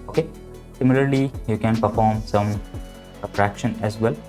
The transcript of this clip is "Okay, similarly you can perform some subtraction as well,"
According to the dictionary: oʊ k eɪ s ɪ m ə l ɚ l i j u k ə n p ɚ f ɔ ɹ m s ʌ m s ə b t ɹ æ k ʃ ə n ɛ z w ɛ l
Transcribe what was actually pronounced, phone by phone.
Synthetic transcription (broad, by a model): oʊ k eɪ s ɪ m ə l ɚ l i j u k ə n p ɚ f ɔ ɹ m s ʌ m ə t ɹ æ k ʃ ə n ɛ z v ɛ l